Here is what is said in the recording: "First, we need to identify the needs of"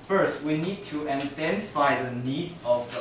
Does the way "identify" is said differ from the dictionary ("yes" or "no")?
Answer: yes